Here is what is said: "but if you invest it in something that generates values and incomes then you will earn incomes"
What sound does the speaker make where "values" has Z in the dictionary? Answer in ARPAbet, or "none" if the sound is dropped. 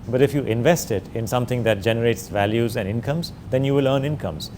Z